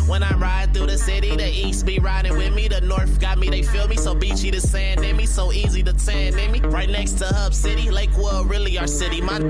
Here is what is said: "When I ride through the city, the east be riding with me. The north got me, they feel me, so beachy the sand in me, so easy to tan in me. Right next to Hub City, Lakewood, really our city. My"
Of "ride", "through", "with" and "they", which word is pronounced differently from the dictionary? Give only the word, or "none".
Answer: through